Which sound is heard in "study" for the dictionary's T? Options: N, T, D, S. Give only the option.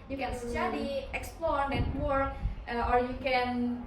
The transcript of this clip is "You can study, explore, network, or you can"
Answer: S